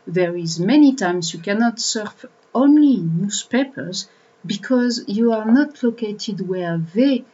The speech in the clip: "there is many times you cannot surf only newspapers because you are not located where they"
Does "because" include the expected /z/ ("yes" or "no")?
yes